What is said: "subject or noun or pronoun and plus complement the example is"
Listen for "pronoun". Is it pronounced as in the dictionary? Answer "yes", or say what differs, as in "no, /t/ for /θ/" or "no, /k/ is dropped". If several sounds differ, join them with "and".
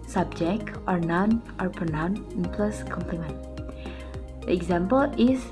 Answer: no, /ɹ/ is dropped